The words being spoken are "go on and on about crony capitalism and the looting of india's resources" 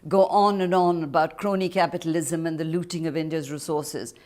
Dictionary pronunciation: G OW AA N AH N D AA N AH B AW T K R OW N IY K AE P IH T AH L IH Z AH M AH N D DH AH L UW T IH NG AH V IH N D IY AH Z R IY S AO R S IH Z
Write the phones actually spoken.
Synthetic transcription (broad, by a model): G OW AA N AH N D AA N AH B AW T K R OW N IY K AE P IH T AH L IH Z AH M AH N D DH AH L UW T IH NG AH V IH N D IY AH Z R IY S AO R S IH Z